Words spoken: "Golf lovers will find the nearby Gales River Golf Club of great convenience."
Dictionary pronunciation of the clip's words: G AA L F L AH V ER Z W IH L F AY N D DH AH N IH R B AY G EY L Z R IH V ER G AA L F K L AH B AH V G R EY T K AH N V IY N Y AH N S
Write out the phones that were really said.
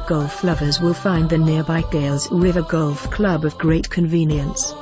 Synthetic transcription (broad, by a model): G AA L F L AH V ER Z W IH L F AY N DH AH N IH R B AY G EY L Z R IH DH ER G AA L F K L AH B AH V G R EY T K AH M V IY N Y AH N S